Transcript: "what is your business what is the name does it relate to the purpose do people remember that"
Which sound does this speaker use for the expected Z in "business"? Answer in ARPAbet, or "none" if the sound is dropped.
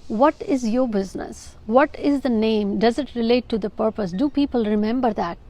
Z